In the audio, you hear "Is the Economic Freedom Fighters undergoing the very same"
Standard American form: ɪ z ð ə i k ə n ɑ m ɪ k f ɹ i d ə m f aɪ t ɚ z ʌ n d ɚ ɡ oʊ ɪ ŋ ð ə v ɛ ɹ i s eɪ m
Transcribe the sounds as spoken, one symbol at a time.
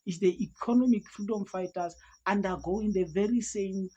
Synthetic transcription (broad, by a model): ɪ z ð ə i k ə n ɑ m ɪ k f ɹ i d ə m f aɪ t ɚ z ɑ n d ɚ ɡ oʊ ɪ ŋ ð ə v ɛ ɹ i s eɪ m